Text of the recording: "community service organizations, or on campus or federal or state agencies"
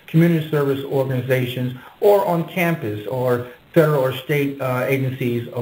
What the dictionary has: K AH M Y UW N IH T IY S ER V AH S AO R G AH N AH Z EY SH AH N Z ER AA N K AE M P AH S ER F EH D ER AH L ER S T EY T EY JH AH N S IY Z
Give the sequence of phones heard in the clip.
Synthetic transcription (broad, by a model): K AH M Y UW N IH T IY S ER V AH S AO R G AH N AH Z EY SH AH N Z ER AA N K AE M P AH S ER F EH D ER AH L ER S T EY T EY JH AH N S IY Z